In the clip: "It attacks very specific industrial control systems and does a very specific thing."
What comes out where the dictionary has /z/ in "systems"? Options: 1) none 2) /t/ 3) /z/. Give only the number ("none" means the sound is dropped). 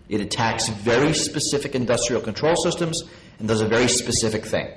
3